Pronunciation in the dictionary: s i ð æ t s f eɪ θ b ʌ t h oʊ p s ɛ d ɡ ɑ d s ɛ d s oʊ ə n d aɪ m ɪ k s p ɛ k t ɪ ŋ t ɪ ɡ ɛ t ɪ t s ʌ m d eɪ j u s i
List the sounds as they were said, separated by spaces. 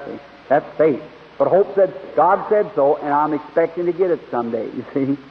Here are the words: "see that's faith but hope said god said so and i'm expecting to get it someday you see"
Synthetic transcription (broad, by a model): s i ð æ t s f eɪ t b ʌ t h oʊ p s ɛ d ɡ ɑ d s ɛ d s oʊ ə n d aɪ m ɪ k s p ɛ k t ɪ ŋ t ɪ ɡ ɛ t ɪ t s ʌ m d eɪ j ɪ s i